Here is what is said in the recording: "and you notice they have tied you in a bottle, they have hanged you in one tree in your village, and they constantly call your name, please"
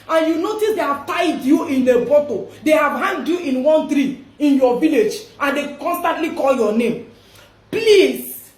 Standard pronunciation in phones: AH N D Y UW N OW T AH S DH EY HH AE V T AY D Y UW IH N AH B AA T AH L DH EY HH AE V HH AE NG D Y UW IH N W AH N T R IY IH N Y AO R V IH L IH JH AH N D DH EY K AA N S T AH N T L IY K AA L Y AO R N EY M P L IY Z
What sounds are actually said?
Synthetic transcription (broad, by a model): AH N Y UW N OW T AH S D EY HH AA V T AY D Y UW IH N AH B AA T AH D EY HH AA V HH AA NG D Y UW IH N W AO N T R IY IH N Y AO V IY L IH JH AH N D EY K AA N S T AH N T L IY K AA L Y AO N EY M P L IY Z